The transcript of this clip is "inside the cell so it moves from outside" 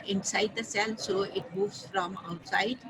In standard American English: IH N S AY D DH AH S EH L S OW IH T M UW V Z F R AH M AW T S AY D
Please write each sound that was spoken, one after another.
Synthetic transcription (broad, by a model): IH N S AY D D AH S EH L S OW IH T M UW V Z F R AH M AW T S AY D